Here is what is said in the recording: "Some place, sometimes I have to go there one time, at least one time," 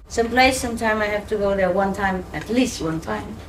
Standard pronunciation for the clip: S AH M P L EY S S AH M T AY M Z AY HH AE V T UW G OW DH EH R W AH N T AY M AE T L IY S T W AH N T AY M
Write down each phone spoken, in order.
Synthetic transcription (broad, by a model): S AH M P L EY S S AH M T AY M AY HH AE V T UW G OW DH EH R W AH N T AY M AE T L IY S T W AH N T AY M